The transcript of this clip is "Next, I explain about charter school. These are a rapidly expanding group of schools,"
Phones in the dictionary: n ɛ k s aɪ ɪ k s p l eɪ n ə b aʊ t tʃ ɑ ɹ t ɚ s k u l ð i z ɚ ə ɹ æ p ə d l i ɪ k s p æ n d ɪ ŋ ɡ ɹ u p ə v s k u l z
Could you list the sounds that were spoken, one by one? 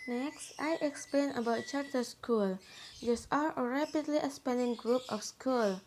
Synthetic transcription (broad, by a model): n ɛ k s aɪ ɪ k s p l eɪ n ə b aʊ t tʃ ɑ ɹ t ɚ s k u l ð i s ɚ ə ɹ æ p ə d l i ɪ s p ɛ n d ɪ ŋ ɡ ɹ u p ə f s k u l